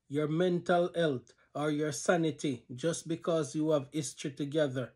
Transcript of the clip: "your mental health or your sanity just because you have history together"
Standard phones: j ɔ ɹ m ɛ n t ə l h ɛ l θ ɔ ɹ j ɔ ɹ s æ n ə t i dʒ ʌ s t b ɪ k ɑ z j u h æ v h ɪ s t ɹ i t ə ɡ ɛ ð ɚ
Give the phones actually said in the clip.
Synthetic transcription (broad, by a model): j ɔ ɹ m ɛ n t ə l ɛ l t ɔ ɹ j ɔ ɹ s æ n ə t i dʒ ʌ s t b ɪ k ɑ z j u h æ v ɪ s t i t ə ɡ ɛ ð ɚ